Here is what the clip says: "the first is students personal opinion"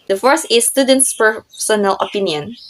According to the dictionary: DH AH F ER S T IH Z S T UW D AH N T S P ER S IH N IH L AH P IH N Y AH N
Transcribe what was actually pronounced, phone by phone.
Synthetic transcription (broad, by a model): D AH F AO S IH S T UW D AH N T S P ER S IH N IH L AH P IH N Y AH N